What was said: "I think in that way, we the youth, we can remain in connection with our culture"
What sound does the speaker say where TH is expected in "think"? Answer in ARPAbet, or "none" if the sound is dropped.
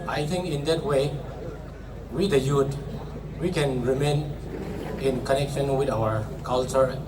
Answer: T